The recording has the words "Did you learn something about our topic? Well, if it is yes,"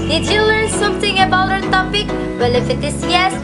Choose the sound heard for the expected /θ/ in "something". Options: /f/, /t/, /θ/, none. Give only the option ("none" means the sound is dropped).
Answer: /t/